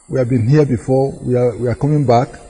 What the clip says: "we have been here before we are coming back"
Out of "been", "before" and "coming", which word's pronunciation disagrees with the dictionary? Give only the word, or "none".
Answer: before